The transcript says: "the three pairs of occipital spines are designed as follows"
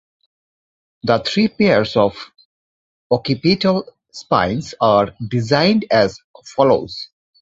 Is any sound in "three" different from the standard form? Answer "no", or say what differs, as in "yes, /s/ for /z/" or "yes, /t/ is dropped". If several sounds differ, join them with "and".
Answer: yes, /t/ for /θ/